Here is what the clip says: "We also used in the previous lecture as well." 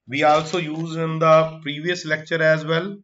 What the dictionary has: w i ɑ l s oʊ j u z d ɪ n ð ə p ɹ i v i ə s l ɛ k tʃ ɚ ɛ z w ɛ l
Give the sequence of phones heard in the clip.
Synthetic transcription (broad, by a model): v i ɑ l s oʊ j u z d ɪ n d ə p ɹ i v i ə s l ɛ k tʃ ɚ ɛ z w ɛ l